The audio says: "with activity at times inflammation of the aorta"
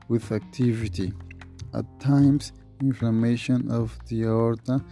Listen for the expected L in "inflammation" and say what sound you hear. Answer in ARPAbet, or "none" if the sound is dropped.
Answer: none